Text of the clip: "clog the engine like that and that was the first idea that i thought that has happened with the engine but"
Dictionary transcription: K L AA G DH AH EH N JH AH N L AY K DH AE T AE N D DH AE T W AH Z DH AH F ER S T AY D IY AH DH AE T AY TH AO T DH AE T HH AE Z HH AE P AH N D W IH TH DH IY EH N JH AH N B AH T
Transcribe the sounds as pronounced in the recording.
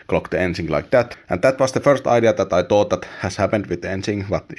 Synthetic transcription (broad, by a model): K L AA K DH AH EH N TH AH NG L AY K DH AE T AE N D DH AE T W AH S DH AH F ER S T AY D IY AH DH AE T AY T AO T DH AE T HH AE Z HH AE P AH N D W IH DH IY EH N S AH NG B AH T